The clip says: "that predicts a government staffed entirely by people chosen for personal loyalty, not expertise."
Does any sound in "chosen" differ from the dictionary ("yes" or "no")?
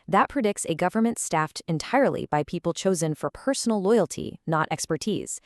no